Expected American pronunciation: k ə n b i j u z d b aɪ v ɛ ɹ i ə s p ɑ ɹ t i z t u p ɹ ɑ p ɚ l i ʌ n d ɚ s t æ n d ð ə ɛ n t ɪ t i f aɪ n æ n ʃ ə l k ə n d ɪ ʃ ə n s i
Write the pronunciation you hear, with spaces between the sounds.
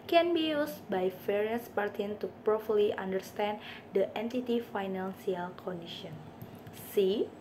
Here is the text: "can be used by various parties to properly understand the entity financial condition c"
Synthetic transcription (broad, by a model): k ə n b i j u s b aɪ f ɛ ɹ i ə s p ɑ ɹ t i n t u p ɹ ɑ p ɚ l i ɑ n d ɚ s t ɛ n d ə ɛ n t ɪ t i f aɪ n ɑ n s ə l k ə n d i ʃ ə n s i